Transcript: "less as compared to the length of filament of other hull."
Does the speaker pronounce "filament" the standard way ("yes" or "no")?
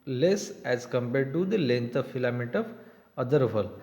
no